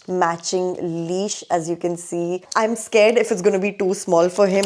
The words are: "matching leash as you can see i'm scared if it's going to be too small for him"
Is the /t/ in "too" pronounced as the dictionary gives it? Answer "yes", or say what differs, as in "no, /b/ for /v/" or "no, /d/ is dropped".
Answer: yes